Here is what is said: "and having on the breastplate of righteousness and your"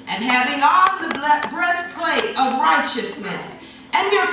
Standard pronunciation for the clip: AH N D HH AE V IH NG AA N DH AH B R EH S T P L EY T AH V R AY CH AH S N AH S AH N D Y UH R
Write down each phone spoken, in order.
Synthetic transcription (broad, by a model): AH N HH AE V IH NG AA L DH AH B R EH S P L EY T AH V R AY CH AH S N AH S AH N Y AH R